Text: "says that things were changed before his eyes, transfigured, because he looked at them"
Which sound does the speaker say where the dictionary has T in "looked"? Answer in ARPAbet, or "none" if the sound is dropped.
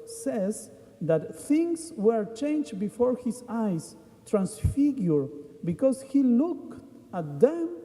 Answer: none